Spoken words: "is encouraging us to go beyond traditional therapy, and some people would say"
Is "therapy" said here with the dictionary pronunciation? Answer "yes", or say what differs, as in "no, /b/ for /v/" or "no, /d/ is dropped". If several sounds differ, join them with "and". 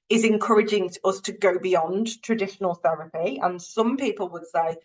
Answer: yes